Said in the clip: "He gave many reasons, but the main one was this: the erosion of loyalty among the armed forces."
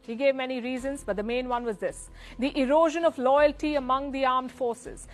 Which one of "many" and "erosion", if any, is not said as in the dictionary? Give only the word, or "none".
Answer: none